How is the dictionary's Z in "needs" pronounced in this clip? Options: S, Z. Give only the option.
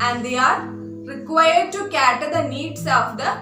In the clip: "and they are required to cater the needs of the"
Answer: S